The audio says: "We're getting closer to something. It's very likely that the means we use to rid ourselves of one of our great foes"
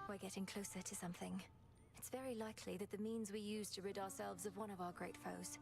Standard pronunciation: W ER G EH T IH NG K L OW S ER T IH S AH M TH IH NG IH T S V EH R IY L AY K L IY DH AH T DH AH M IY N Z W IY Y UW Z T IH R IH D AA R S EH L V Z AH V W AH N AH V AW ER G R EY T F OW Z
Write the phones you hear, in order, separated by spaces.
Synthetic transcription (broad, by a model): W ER G EH T IH NG K L OW S ER T IH S AH M TH IH NG IH T S V EH R IY L AY K L IY DH AH T DH AH M IY N Z W IY Y UW Z T IH R IH D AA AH S EH L V Z AH V W AH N AH V AW ER G R EY T F OW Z